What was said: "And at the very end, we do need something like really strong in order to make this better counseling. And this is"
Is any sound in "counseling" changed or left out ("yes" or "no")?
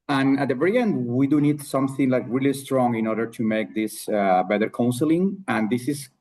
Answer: no